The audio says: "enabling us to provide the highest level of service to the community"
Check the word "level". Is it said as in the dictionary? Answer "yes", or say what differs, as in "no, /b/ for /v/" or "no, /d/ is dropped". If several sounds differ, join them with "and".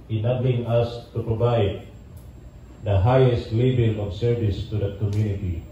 no, /b/ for /v/